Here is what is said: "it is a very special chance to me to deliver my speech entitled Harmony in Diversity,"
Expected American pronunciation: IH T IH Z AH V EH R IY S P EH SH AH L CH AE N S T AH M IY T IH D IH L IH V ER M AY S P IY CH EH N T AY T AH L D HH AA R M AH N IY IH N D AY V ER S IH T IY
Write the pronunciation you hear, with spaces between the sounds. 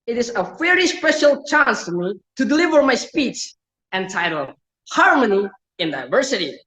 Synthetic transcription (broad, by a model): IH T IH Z AH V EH R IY S P EH SH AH L CH AE N S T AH M IY T IH D IH L IH V ER M AY S P IY CH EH N T AY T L HH AA R M AH N IY IH N D AY V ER S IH T IY